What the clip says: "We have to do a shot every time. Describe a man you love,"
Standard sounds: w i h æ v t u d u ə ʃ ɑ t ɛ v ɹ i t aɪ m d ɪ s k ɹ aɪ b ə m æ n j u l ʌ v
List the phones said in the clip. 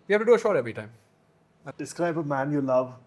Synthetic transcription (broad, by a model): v i h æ f t u d u ə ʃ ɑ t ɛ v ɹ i t aɪ m d ɪ s k ɹ aɪ b ə m æ n j u l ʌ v